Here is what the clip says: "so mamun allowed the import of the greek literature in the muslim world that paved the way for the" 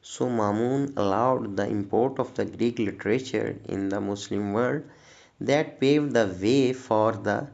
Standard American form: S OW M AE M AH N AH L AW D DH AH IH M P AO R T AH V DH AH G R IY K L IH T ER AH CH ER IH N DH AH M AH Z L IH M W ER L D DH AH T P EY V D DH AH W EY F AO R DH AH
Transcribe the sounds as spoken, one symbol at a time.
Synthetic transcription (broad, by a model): S OW M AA M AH N AH L AW D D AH IH M P AO R T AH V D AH G R IY K L IH T ER AH CH ER IH N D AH M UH S L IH M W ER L D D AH T P EY V D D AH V EY F AO R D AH